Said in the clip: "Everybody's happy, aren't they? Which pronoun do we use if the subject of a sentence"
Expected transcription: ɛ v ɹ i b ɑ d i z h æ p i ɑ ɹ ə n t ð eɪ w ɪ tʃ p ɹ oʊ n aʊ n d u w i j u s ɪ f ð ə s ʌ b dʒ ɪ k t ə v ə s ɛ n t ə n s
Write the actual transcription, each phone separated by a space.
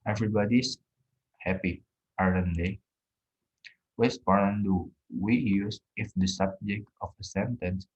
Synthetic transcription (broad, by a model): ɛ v ɹ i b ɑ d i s h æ p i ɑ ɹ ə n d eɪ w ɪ s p oʊ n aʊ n d u w i j u s ɪ f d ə s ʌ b dʒ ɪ k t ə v ə s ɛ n t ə n s